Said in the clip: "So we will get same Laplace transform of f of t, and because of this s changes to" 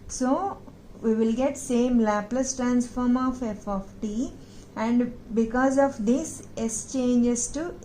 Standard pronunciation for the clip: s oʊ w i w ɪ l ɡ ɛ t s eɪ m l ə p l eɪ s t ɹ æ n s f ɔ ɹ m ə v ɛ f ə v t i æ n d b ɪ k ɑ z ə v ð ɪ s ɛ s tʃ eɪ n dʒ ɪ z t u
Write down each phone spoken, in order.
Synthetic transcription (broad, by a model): s oʊ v i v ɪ l ɡ ɛ t s eɪ m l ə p l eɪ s t ɹ æ n s f ɔ ɹ m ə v ɛ f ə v t i æ n d b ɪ k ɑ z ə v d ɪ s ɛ s tʃ eɪ n dʒ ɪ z t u